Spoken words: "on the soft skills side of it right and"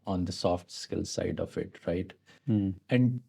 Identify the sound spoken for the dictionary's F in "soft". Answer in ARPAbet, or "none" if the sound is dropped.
F